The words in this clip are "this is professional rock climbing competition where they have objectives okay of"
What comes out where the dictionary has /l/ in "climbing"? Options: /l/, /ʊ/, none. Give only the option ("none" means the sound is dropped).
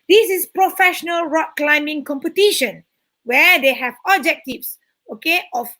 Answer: /l/